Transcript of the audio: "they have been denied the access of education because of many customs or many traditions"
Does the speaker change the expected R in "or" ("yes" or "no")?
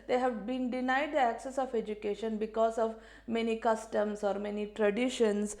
no